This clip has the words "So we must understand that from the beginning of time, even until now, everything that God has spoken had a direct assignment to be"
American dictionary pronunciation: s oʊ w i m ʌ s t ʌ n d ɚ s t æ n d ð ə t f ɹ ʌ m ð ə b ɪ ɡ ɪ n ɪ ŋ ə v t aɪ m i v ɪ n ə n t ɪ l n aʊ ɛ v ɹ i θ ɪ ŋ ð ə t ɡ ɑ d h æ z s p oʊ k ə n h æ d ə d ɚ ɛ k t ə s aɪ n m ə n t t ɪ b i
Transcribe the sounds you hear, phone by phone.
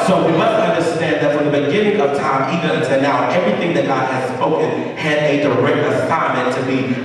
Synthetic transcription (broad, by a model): s oʊ w i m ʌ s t ʌ n d ɚ s t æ n ð ə t f ɹ ʌ m ð ə b ɪ ɡ ɪ n ɪ ŋ ə v t aɪ m i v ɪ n ə n t ɪ l n aʊ ɛ v ɹ i θ ɪ ŋ ð ə t ɡ ɑ d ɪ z s p oʊ k ə n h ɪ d ə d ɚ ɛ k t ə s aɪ m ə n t t ɪ b i